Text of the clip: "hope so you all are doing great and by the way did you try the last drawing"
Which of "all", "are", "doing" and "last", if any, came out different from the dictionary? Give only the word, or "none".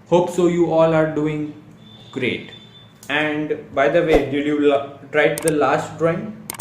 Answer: none